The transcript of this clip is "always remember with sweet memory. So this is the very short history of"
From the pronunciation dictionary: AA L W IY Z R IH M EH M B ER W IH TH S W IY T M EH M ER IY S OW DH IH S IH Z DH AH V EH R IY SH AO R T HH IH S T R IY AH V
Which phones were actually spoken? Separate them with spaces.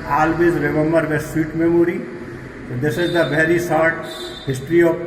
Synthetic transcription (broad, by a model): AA L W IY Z R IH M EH M B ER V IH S S W IY T M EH M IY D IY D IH S IH Z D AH V EH R IY S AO R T HH IH S T R IY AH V